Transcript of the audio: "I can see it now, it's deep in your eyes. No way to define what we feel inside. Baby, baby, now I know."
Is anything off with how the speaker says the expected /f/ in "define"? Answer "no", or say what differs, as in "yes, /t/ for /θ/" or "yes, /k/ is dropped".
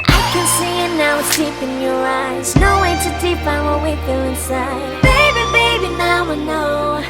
yes, /p/ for /f/